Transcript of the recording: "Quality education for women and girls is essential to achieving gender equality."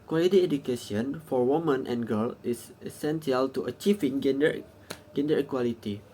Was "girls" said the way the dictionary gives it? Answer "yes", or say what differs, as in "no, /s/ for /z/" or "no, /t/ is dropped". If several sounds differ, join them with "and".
no, /z/ is dropped